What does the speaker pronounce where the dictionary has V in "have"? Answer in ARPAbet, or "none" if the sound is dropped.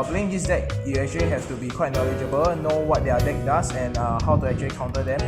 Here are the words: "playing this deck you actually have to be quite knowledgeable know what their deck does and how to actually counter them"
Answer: F